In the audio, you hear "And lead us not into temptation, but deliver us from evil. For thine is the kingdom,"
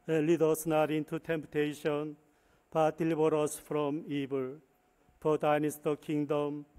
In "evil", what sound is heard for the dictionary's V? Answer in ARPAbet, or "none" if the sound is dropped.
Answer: B